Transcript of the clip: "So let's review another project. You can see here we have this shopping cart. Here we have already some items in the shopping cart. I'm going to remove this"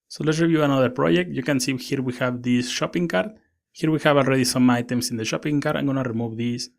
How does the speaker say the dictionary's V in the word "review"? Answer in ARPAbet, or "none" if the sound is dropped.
V